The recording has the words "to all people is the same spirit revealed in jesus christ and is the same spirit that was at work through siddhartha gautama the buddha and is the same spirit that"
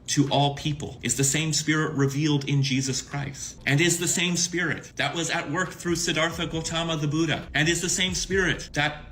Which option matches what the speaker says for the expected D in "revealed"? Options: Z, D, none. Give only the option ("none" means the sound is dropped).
D